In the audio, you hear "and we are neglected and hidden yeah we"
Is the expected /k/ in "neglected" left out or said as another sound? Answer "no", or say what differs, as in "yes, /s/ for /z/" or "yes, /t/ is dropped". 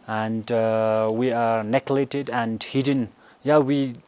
yes, /k/ is dropped